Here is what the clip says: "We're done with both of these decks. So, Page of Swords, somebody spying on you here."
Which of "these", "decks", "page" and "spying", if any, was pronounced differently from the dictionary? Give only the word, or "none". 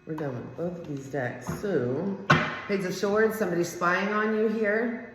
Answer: page